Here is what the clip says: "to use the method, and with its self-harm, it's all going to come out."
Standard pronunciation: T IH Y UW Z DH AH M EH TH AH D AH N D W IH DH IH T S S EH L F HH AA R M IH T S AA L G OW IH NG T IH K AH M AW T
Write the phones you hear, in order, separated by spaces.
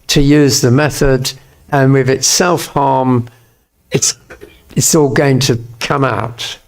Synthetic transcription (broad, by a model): T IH Y UW Z DH AH M EH TH AH D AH N W IH DH IH T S S EH L F HH AA R M IH T S AA L G OW IH NG T IH K AH M AW T